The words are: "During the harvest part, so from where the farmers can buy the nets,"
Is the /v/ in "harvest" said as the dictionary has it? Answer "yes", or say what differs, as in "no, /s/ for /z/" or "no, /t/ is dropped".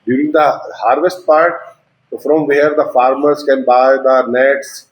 yes